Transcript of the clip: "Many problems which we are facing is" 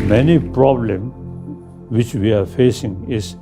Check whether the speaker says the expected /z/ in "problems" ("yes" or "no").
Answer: no